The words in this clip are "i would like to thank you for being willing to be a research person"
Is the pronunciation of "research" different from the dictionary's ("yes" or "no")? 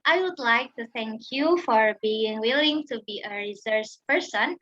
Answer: yes